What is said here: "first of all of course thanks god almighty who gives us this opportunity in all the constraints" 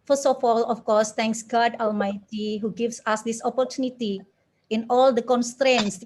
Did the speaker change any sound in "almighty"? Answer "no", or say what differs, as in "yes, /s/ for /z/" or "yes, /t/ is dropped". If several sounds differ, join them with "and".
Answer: no